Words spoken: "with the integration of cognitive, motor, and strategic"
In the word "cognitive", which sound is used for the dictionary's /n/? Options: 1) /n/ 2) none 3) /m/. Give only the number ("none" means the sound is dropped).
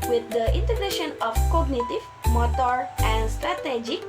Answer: 1